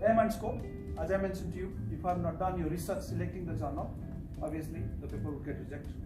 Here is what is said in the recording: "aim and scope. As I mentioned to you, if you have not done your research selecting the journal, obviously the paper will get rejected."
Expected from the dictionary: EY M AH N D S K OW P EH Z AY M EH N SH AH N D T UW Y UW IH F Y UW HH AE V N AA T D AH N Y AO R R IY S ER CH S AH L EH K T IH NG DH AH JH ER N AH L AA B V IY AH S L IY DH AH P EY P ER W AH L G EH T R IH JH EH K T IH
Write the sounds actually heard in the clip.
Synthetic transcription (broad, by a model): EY M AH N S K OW EH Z AY M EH N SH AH N T UW Y UW IH F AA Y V N AA T D AH N Y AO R R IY S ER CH S AH L EH K T IH NG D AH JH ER N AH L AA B IY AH S L IY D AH P EY P ER W AH L G EH T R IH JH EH K T